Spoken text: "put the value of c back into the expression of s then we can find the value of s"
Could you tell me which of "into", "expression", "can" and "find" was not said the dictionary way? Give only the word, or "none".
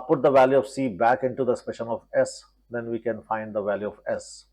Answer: expression